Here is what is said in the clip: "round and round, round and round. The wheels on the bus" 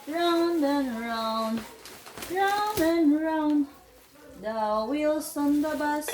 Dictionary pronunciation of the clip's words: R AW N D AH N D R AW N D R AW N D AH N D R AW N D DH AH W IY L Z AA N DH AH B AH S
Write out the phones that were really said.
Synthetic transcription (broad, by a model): R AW N D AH N R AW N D R AW N D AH N R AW N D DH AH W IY L S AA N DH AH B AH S